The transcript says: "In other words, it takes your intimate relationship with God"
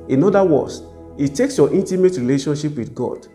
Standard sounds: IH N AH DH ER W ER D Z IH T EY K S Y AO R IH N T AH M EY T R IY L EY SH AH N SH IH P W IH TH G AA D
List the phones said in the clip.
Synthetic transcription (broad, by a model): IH N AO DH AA W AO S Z IH T EY K S Y AO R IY N T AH M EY T R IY L EY SH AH N SH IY P W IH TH G AA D